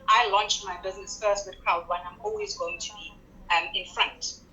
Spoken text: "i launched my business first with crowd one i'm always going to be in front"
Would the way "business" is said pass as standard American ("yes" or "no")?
yes